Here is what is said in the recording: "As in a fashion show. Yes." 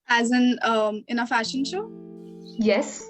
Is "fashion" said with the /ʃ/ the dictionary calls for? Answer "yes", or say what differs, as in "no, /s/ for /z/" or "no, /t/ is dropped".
yes